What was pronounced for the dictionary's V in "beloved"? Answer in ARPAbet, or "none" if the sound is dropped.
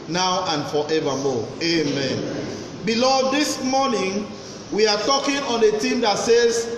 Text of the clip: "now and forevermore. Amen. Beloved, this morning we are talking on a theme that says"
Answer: none